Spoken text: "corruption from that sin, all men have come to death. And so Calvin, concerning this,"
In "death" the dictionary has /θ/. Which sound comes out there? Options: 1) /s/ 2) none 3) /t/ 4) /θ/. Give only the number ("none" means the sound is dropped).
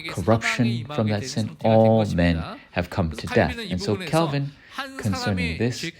4